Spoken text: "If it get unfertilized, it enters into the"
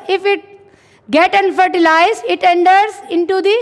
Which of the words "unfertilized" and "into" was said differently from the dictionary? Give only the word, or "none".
unfertilized